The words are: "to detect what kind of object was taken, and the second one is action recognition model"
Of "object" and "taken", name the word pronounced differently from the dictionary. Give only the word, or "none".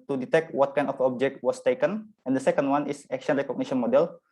none